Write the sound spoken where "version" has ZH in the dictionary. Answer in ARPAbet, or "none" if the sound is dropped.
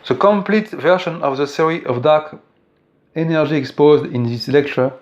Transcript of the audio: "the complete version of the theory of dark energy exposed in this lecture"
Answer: SH